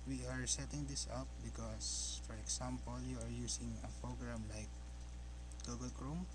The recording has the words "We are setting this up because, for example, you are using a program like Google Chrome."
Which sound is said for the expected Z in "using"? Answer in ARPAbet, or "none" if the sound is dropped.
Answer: S